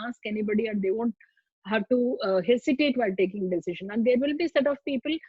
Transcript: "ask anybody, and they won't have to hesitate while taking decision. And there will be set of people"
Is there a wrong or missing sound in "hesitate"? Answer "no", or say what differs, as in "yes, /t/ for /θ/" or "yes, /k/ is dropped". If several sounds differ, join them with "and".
yes, /s/ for /z/